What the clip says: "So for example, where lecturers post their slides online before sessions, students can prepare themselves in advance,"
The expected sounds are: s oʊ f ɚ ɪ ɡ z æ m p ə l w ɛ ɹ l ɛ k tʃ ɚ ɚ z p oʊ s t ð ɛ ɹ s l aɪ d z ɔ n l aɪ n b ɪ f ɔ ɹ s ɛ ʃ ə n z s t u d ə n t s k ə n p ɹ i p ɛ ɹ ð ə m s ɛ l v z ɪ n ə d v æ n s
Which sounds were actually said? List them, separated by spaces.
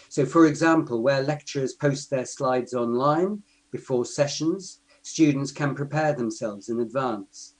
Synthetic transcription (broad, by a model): s oʊ f ɚ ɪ ɡ z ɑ m p ə l w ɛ l ɛ k tʃ ɚ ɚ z p oʊ s t ð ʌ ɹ s l aɪ d z ɔ n l aɪ n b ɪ f ɔ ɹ s ɛ ʃ ə n z s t u d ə n t s k ə n p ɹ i p ɛ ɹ ð ə m s ɛ l v z ɪ n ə d v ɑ n s